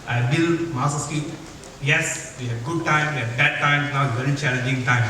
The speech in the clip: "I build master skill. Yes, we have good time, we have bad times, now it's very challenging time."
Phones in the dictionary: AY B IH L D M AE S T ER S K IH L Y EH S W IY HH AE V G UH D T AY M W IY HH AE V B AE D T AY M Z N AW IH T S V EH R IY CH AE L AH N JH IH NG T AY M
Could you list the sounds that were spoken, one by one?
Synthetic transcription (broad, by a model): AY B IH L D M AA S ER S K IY Y EH S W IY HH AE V G UH D T AY M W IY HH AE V B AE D T AY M N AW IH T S V EH R IY CH AE L AH N JH IH NG T AY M